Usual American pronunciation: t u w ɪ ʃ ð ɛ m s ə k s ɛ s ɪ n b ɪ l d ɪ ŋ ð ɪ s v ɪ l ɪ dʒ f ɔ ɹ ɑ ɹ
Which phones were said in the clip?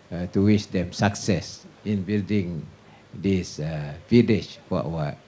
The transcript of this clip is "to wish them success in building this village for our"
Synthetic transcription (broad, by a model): t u w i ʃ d ɛ m s ə k s ɛ s ɪ n b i l d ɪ ŋ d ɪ s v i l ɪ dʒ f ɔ w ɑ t